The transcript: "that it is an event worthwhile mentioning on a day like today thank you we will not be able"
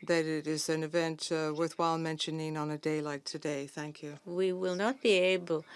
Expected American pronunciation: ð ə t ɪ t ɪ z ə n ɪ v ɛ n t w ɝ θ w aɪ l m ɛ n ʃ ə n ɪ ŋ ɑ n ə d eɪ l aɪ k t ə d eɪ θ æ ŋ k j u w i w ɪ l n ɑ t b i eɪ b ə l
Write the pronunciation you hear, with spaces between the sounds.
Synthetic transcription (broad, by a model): ð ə t ɪ t ɪ z ə n ɪ v ɛ n t w ɝ θ w aɪ l m ɛ n ʃ ə n ɪ ŋ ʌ n ə d eɪ l aɪ t ə d eɪ θ æ ŋ k j u w i w ɪ l n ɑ t b i eɪ b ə l